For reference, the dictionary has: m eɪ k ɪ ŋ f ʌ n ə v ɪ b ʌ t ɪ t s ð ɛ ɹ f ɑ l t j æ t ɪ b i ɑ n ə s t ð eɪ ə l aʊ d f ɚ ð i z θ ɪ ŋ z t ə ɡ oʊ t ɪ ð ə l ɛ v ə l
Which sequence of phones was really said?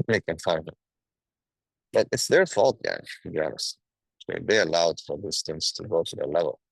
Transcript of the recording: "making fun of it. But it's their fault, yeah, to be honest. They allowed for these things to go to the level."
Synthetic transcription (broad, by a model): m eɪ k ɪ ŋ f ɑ ə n ɪ b ʌ t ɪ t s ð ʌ ɹ f ɑ l t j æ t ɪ b i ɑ n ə s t ð eɪ ə l aʊ d f ɚ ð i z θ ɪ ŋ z t ə ɡ oʊ t ɪ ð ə l ɛ v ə l